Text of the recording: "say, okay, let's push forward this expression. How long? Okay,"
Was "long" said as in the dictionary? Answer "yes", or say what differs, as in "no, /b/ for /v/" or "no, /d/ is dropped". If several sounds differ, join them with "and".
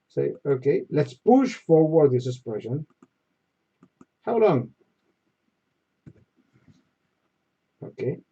yes